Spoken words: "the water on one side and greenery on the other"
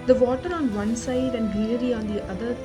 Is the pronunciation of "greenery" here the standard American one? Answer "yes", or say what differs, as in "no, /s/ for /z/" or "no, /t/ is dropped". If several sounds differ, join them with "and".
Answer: no, /l/ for /ɹ/ and /n/ is dropped